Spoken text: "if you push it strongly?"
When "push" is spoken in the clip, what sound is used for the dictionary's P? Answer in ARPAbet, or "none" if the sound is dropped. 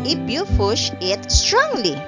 F